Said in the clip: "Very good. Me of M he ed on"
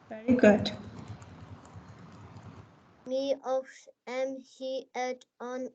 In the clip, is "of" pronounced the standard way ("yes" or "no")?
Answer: no